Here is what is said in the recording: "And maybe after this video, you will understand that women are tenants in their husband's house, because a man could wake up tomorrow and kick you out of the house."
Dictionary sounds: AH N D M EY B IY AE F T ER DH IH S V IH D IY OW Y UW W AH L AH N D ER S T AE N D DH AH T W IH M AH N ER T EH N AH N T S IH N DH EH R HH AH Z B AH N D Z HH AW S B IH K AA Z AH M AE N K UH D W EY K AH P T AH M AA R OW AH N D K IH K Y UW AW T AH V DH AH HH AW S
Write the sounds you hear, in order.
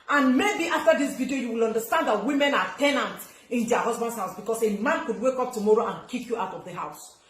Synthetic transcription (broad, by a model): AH N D M EY B IY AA F T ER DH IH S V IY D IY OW Y UW W AH L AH N D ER S T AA N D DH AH T W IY M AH N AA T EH N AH N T IH N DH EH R HH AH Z B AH N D HH AW S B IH K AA S AH M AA N K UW D W EY K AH P T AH M AA R OW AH N K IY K Y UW AW T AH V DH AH HH AW S